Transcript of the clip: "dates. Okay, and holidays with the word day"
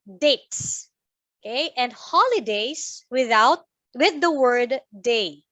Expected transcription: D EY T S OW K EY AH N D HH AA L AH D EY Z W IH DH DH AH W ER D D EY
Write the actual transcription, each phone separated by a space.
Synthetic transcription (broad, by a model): D EY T S OW K EY AH N D HH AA L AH D EY S W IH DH DH AH W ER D D EY